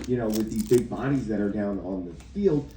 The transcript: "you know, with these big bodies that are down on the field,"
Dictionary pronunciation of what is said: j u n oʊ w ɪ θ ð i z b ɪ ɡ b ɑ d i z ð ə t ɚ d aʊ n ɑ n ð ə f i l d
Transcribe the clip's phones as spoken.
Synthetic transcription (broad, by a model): j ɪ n oʊ w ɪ ð i z b ɪ ɡ b ɑ d i z ð ə t ɚ d aʊ n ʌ n ð ə f i l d